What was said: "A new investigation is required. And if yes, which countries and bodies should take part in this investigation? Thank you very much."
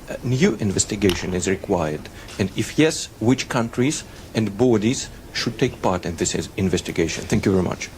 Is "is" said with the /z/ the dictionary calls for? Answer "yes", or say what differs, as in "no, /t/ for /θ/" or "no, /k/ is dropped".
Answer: yes